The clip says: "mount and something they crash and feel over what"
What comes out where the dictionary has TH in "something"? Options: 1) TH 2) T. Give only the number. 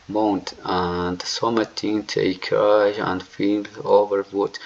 2